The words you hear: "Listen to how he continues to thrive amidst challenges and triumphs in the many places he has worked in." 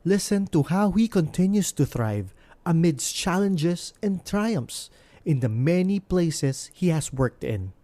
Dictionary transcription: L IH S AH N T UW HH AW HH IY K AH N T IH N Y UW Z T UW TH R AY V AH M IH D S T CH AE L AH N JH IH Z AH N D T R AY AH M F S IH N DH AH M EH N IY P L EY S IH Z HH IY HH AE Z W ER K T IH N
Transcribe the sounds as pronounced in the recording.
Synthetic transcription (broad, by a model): L IH S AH N T UW HH AW HH IY K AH N T IH N Y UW S T UW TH R AY V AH M IH D S CH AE L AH N JH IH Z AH N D T R AY AH M F S IH N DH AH M EH N IY P L EY S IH S HH IY HH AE S W ER K T IH N